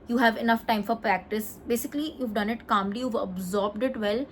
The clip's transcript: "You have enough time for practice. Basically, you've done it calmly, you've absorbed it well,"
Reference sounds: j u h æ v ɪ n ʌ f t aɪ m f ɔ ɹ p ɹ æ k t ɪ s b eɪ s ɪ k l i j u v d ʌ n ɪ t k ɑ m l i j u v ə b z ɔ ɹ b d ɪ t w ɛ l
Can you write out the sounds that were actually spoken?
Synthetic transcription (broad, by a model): j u h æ v ɪ n ʌ f t aɪ m f ɔ ɹ p ɹ æ k t ɪ s b eɪ s ɪ k l i j u v d ʌ n ɪ t k ɑ m l i j u v ə b z ɔ ɹ b d ɪ t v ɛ l